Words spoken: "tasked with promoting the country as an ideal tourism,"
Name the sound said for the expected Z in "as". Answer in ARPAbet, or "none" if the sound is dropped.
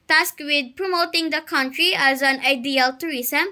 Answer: Z